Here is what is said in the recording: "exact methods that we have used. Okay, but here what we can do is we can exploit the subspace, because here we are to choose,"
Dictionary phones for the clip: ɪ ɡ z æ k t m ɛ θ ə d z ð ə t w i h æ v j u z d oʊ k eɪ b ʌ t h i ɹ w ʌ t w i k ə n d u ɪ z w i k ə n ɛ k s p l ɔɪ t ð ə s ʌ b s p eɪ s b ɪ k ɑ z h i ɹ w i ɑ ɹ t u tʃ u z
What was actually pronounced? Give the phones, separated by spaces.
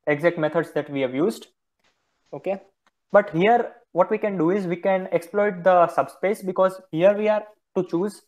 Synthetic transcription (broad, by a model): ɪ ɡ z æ k t m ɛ t ə d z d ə t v i h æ v j u z d oʊ k eɪ b ʌ t h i ɹ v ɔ t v i k ə n d u ɪ z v i k ə n ɛ k s p l ɔɪ t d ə s ʌ b s p eɪ s b ɪ k ɑ z h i ɹ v i ɑ ɹ t u tʃ u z